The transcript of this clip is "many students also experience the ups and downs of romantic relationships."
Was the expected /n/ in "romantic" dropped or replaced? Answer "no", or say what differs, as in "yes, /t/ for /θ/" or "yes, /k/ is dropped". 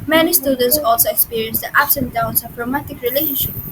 yes, /n/ is dropped